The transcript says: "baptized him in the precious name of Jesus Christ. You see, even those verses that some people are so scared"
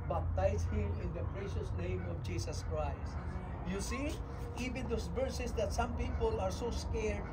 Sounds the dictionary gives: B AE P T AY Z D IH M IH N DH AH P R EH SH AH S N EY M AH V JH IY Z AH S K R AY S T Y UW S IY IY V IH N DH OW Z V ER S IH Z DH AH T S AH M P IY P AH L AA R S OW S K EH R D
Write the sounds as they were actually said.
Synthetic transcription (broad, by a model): B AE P T AY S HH IH M IH N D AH P R EH SH AH S N EY M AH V JH IY S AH S K R AY S T Y UW S IY IY V IH N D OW S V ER S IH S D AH T S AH M P IY P AH L AA R S OW S K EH R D